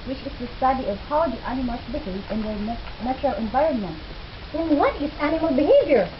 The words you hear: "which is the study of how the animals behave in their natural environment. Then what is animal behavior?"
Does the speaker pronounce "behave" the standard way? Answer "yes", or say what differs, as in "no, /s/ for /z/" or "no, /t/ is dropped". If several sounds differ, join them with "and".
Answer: no, /v/ is dropped